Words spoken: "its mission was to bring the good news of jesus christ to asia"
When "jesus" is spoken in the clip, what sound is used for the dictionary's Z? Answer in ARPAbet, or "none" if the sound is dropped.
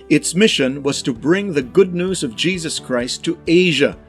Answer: Z